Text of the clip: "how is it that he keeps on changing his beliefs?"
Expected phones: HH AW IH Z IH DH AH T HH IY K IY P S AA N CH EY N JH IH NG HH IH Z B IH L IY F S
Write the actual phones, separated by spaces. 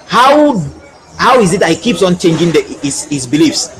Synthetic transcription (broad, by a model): HH AW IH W IH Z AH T HH IY K IY P S AA N CH EY N JH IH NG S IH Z B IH L IY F S